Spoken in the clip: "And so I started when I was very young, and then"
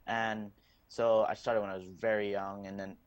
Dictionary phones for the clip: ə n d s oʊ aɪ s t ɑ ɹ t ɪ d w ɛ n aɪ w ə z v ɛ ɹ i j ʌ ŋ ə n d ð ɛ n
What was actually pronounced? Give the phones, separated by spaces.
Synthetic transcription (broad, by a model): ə n s oʊ aɪ s t ɑ ɹ t ɪ d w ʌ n aɪ w ə z v ɛ ɹ i j ʌ ŋ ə n ð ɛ n